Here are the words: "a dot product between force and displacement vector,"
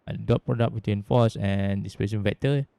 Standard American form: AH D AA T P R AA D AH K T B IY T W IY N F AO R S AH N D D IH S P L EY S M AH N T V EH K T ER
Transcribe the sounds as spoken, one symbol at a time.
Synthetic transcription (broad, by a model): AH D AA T P R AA D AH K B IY T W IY N F AO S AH N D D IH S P EY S AH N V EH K T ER